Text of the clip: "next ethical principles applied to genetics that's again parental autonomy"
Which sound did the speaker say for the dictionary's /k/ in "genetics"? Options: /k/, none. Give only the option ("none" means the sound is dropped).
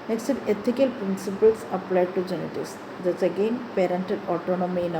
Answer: none